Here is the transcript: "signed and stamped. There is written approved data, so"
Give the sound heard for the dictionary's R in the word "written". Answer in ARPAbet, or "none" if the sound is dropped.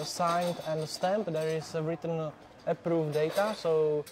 R